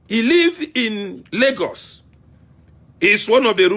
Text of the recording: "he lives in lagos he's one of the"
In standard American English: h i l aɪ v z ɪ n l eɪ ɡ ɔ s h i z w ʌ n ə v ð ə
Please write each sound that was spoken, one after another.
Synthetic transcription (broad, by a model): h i l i v ɪ n l eɪ ɡ ɔ s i s w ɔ n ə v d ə